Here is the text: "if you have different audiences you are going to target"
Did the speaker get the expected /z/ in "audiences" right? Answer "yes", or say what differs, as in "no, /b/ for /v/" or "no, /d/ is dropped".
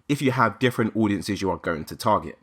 yes